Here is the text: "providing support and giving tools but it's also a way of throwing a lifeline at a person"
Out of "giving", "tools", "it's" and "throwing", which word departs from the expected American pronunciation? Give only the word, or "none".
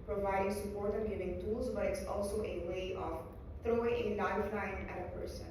none